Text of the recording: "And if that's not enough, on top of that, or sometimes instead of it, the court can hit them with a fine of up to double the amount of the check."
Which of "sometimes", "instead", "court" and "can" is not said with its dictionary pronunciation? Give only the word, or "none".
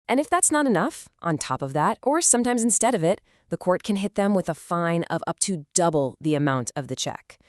none